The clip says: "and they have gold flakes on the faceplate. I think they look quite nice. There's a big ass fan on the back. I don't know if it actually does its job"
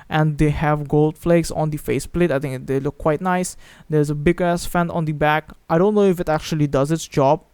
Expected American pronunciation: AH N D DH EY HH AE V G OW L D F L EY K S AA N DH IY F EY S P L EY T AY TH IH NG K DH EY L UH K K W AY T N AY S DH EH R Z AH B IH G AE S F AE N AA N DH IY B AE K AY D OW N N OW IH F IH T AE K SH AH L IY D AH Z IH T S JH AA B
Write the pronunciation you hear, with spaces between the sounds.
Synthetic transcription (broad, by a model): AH N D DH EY HH AE V G OW L D F L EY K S AA N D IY F EY S P L EY T AY T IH NG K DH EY L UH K K W AY T N AY S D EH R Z AH B IH G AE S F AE N AA N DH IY B AE K AY D OW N N OW IH F IH T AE K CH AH L IY D AH Z IH T S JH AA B